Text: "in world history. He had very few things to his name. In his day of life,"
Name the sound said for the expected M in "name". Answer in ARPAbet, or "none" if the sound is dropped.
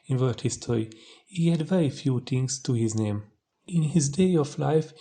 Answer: M